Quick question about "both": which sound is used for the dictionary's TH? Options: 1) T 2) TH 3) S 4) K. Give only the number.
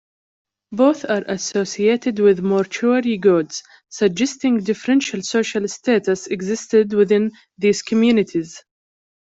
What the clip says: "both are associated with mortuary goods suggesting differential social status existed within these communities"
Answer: 2